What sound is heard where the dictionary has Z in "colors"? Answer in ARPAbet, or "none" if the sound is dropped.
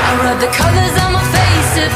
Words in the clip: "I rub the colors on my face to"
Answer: Z